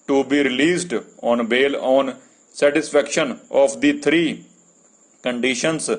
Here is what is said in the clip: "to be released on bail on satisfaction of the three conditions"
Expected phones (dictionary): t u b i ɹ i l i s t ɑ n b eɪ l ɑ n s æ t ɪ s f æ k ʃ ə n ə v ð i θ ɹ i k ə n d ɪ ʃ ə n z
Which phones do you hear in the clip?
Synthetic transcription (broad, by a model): t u b i ɹ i l i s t ɑ n b eɪ l ɑ n s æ t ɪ s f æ k ʃ ə n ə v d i t ɹ i k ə n d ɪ ʃ ə n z